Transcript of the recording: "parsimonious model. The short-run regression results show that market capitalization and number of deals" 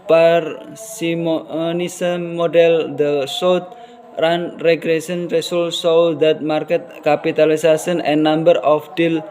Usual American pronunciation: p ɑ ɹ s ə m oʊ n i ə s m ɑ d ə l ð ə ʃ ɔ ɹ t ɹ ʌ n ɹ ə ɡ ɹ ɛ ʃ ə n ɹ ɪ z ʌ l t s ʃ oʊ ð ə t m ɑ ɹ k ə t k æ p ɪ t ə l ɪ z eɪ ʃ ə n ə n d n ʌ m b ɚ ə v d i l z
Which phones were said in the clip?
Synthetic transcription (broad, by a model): p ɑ ɹ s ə m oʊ n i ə m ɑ d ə l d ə s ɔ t ɹ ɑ n ɹ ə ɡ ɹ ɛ s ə n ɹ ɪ s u l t s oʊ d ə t m ɑ ɹ k ə t k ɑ p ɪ t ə l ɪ s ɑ s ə n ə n n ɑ m b ɚ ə f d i l